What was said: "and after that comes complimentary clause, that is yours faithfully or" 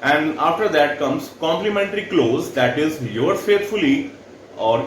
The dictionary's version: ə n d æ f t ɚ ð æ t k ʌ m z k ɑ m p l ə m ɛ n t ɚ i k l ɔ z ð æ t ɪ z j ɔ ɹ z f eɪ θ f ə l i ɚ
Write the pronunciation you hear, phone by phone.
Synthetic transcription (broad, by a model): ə n d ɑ f t ɚ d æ t k ʌ m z k ɑ m p l ə m ɛ n t ɚ i k l ɔ z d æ t ɪ z j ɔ ɹ f eɪ t f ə l i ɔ